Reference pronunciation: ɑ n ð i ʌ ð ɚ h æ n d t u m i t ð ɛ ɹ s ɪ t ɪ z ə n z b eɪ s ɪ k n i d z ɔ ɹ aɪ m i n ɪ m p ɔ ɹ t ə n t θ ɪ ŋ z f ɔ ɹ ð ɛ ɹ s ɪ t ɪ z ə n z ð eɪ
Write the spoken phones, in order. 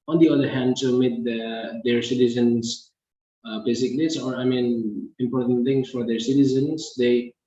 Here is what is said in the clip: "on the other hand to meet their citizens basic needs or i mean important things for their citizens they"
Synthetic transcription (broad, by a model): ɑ n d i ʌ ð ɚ h æ n d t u m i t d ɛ ɹ s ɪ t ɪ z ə n s b eɪ s ɪ k l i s ɔ ɹ aɪ m i n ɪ m p ɔ ɹ t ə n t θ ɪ ŋ s f ɔ ɹ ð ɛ ɹ s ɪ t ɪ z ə n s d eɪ